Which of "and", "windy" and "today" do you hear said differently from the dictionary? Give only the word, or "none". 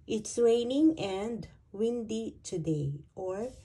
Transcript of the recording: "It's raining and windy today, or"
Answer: none